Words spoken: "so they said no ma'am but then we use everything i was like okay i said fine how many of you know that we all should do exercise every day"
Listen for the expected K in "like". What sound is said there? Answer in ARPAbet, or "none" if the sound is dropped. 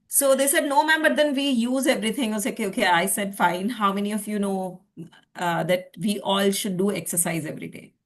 none